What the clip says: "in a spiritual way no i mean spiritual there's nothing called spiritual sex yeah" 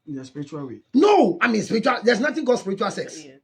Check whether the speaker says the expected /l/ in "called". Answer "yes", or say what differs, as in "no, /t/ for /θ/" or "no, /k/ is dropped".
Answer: no, /l/ is dropped